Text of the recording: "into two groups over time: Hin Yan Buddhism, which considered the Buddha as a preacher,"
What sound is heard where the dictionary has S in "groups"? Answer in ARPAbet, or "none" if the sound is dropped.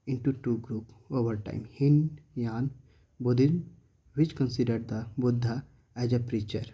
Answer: none